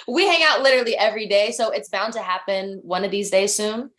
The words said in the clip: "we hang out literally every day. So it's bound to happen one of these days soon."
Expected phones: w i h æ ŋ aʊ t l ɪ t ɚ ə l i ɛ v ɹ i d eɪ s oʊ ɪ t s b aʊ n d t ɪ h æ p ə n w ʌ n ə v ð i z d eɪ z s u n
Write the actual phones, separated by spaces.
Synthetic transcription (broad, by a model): w i h æ ŋ aʊ t l ɪ t ɚ l i ɛ v ɹ i d eɪ s oʊ ɪ t s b aʊ n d t ɪ h æ p ə n w ʌ n ə v ð i z d eɪ z s u n